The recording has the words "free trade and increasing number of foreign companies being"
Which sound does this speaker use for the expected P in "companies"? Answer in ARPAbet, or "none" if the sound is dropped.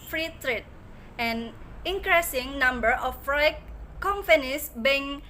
F